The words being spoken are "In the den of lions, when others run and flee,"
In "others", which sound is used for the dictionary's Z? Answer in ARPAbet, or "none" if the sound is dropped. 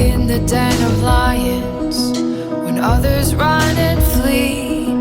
Z